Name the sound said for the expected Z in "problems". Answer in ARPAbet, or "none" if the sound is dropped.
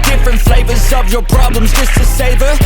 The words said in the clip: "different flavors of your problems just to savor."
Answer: Z